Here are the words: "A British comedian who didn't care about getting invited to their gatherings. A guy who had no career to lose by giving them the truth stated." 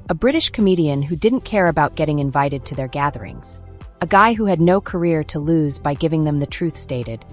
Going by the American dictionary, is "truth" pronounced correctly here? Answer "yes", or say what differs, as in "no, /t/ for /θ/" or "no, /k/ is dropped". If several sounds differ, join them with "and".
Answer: yes